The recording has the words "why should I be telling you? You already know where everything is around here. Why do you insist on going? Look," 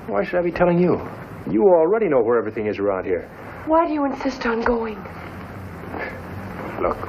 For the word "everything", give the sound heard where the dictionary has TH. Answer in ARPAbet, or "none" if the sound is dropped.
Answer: TH